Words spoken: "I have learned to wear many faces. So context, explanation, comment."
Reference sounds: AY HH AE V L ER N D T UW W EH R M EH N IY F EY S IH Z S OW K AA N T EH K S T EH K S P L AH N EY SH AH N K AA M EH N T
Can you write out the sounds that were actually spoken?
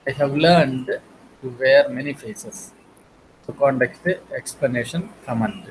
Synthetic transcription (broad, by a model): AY HH AE V L ER N D T UW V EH R M EH N IY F EY S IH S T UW K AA N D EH K T EH K S P L AH N EY SH AH N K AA M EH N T